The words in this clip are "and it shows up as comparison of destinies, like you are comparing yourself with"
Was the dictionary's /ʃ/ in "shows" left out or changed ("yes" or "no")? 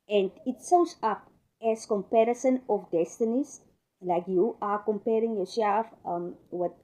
yes